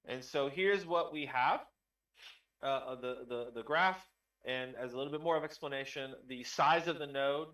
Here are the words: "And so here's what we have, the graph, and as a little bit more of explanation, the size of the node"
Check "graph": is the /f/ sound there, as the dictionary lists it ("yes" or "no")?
yes